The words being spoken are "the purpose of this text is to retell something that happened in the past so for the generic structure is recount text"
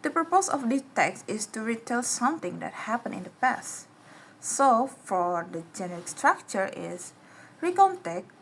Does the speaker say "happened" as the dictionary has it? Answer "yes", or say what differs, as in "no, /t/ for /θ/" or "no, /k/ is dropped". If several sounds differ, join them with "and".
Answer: no, /d/ is dropped